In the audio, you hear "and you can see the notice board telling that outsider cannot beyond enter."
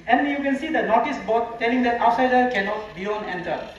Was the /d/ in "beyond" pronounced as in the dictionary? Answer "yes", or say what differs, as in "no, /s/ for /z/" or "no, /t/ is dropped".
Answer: no, /d/ is dropped